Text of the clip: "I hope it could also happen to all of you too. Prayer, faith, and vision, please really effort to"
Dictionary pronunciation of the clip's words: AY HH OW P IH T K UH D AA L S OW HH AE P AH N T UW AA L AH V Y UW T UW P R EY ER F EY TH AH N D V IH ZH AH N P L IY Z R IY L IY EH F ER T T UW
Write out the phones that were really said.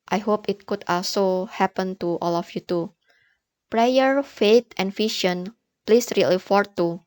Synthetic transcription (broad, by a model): AY HH OW P IH T K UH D AA L S OW HH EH P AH N T UW AA L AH F Y UW T UW P R EY ER F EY T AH N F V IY SH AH N P L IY S R IY L IY F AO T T UW